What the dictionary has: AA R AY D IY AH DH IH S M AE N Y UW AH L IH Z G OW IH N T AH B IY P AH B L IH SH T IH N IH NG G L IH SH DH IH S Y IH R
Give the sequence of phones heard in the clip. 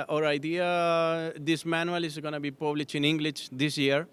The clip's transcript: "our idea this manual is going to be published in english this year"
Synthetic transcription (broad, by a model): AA R AY D IY AH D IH S M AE N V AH L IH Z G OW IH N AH B IY P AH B L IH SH IH N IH NG G L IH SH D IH S Y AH R